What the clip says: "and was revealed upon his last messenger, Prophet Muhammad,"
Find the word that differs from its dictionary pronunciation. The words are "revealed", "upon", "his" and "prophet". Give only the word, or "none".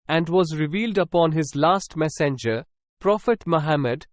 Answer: none